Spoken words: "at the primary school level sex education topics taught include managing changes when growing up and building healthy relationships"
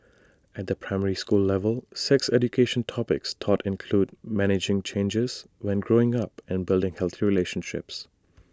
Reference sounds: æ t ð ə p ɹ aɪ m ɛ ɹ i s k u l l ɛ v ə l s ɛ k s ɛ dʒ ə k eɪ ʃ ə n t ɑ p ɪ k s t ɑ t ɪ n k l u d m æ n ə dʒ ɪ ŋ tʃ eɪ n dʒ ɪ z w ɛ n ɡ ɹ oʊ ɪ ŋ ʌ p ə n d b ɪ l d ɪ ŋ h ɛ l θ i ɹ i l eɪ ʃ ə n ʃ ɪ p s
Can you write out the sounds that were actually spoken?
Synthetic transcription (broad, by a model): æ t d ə p ɹ aɪ m ɛ ɹ i s k u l l ɛ v ə l s ɛ k s ɛ dʒ ə k eɪ ʃ ə n t ɑ p ɪ k s t ɑ t ɪ n k l u d m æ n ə dʒ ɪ ŋ tʃ eɪ n dʒ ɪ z w ɛ n ɡ ɹ oʊ ɪ ŋ ʌ p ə n b ɪ l d ɪ ŋ h ɛ l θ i ɹ i l eɪ ʃ ə n ʃ ɪ p s